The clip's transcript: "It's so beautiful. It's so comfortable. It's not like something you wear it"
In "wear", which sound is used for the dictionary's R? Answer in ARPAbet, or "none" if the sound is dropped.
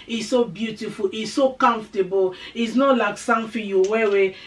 W